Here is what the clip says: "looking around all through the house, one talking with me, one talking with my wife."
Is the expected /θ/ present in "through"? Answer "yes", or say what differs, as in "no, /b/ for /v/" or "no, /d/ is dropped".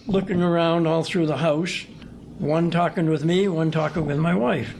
yes